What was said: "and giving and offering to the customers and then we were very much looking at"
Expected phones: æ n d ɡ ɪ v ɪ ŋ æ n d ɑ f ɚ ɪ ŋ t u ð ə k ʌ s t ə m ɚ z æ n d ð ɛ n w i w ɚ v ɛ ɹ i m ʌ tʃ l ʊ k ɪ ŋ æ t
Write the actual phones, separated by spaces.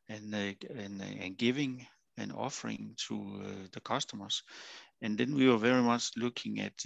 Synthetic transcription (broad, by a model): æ n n ɡ ɪ v ɪ ŋ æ n ɑ f ɚ ɪ ŋ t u ð ə k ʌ s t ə m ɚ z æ n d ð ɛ n w i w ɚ v ɛ ɹ i m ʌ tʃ l ʊ k ɪ ŋ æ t